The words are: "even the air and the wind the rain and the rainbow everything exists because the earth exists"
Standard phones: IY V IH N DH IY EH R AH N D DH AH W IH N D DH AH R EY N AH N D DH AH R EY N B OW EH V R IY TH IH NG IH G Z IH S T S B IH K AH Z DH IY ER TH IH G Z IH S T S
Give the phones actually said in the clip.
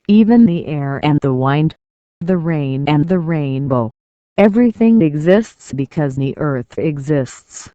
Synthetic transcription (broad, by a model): IY V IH N DH IY EH R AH N DH AH W IH N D DH AH R EY N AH N DH AH R EY N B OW EH V R IY TH IH NG IH G Z IH S T S B IH K AH Z DH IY ER TH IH G Z IH S T S